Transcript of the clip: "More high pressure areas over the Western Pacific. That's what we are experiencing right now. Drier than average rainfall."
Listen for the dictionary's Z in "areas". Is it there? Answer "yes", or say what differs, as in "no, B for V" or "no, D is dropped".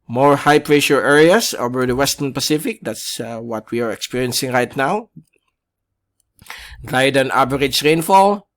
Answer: no, S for Z